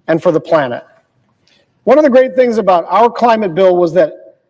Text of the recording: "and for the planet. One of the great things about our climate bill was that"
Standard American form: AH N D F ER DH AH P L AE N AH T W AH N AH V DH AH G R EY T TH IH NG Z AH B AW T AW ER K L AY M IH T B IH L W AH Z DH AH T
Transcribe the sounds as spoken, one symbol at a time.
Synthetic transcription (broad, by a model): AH N F ER DH AH P L AE N AH T W AH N AH V DH AH G R EY T TH IH NG Z AH B AW T AW ER K L AY M IH T B IH L W AH Z DH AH T